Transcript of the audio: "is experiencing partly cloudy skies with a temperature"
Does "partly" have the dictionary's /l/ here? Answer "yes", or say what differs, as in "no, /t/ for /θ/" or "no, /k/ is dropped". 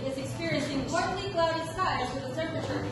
no, /n/ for /l/